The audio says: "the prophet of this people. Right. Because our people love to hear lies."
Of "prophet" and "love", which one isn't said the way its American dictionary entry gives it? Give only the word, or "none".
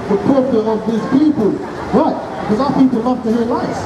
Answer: prophet